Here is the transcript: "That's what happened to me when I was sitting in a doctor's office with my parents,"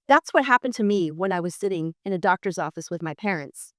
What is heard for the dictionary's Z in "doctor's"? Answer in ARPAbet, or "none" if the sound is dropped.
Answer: Z